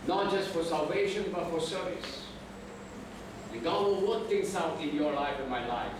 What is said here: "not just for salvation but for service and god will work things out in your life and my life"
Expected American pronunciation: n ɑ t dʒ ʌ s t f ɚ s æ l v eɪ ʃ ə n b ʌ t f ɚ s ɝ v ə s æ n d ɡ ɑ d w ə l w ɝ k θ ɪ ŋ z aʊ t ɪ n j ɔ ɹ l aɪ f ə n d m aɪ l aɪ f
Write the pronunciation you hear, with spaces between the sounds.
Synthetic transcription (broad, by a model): n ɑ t dʒ ʌ s t f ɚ s æ l v eɪ ʃ ə n b ʌ t f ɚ s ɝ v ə s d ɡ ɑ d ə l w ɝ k t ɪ ŋ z aʊ t ɪ n j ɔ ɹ l aɪ f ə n m aɪ l aɪ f